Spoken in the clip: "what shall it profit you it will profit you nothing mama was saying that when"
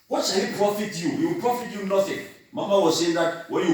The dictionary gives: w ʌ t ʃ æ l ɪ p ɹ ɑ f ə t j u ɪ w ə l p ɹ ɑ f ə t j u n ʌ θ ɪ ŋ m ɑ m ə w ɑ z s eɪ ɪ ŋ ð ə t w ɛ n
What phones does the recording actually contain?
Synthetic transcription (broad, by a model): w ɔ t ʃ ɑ w ɪ p ɹ ɑ f ə t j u ɪ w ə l p ɹ ɑ f ə t j u n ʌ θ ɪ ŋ m ɑ m ə w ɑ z s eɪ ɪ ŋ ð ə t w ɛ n